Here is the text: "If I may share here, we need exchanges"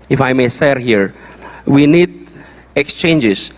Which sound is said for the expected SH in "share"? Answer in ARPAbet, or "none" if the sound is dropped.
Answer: S